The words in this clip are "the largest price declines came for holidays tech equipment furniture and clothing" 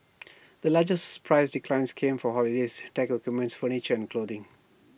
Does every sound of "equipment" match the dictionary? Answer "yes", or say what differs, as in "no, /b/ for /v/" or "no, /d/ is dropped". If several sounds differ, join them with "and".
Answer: no, /p/ is dropped